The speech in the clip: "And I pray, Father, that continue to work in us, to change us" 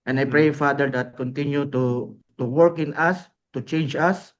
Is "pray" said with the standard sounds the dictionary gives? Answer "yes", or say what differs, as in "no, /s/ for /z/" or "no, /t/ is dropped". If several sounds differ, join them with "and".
yes